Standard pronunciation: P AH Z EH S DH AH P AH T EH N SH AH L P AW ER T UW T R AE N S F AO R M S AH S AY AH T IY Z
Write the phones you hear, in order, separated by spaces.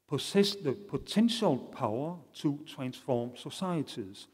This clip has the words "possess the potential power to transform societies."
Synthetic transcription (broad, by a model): P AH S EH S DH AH P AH S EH N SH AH L P AW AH S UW S R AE N S F AO M S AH S AY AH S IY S